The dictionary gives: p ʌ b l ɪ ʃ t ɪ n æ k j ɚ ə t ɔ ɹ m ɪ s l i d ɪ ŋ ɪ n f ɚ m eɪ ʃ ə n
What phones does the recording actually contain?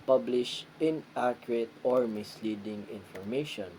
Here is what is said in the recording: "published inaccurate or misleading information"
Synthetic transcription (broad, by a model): p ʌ b l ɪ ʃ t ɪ n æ k j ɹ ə t ɔ ɹ m ɪ s l i d ɪ ŋ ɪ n f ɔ m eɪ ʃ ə n